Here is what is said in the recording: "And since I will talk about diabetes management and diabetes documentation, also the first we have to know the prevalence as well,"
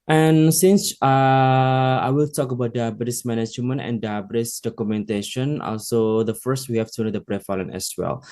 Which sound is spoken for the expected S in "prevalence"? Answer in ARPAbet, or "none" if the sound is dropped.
none